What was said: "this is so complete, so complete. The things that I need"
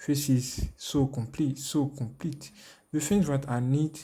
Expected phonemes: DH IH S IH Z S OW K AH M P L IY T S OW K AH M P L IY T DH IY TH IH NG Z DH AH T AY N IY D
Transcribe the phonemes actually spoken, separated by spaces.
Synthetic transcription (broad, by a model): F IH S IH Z S OW K AH M P L IY T S OW K AH M P L IY T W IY F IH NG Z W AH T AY N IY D